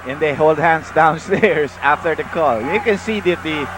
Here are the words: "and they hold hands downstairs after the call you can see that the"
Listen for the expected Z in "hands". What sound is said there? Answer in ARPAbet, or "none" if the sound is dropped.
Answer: S